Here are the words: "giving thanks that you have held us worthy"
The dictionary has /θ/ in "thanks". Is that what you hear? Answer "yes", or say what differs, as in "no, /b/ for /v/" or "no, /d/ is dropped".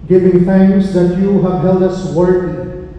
no, /f/ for /θ/